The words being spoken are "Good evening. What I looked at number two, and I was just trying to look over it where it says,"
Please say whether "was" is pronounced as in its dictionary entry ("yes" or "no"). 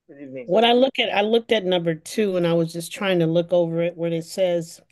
yes